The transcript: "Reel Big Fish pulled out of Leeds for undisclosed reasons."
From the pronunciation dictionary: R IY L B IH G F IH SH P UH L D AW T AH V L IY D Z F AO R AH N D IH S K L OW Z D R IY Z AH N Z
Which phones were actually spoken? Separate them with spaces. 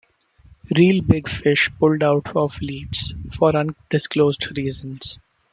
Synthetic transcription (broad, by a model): R IY L B IH G F IH SH P UH L D AW T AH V L IY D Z F AO R AH N D IH S K L OW Z D R IY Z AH N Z